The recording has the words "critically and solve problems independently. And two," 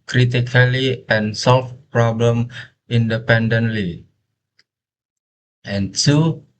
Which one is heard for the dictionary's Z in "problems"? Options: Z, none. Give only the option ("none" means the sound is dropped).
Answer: none